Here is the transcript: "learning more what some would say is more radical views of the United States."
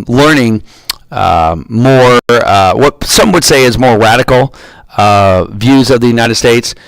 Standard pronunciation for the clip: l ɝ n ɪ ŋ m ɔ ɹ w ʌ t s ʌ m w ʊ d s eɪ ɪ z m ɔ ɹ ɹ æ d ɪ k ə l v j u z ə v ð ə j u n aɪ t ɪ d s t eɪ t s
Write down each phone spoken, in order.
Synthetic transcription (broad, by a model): l ɝ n ɪ ŋ m ɔ ɹ w ʌ t s ʌ m w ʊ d s eɪ ɪ z m ɔ ɹ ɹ æ d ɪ k l v j u z ə v ð ə j u n aɪ t ɪ d s t eɪ t s